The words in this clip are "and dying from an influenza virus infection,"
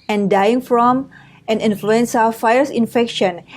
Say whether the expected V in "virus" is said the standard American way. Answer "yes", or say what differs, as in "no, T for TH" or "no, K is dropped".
no, F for V